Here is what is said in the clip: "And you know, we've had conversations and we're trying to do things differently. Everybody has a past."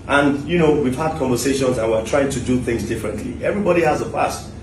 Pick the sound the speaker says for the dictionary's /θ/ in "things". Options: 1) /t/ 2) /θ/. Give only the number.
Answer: 2